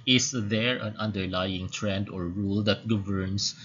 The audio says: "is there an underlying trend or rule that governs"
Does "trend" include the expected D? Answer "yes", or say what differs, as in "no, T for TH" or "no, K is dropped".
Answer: yes